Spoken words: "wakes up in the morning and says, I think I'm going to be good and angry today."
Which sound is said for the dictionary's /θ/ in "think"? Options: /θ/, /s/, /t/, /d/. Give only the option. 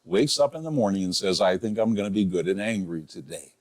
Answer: /θ/